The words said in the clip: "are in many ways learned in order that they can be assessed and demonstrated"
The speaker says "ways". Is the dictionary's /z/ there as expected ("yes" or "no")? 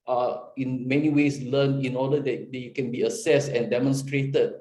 no